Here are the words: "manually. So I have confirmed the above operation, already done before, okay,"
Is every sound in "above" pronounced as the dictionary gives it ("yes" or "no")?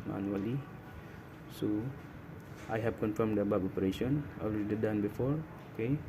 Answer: no